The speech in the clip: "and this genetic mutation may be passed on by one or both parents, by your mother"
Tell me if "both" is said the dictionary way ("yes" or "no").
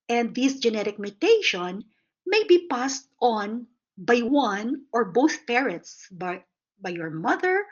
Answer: yes